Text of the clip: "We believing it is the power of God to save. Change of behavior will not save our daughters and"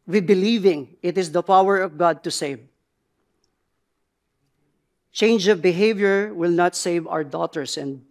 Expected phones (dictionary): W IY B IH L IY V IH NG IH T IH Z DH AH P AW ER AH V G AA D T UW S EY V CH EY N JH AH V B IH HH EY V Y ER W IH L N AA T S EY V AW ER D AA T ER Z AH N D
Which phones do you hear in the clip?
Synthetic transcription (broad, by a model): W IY B IH L IY V IH NG IH T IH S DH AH P AW ER AH V G AA D T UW S EY V CH EY N JH AH V B IH HH EY V Y ER W IH L N AA T S EY V AW ER D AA T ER S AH N D